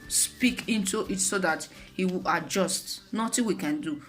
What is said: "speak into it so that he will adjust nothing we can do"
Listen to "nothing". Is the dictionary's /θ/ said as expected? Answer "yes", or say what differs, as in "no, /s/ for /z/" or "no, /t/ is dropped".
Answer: no, /t/ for /θ/